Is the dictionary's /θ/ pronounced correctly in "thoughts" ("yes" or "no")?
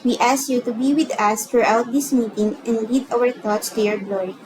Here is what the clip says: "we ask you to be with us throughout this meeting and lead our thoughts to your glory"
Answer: no